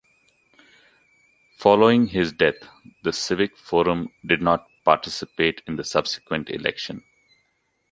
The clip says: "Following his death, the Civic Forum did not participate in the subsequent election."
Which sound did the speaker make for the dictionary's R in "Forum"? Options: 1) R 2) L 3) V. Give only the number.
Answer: 1